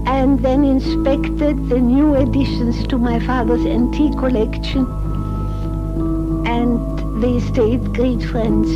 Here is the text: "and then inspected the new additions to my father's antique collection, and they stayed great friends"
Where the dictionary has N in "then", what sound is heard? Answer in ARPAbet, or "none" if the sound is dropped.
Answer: N